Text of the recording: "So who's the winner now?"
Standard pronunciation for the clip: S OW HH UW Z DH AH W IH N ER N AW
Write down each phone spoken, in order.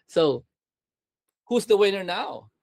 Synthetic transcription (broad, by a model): S OW HH UW Z DH AH W IH N ER N AW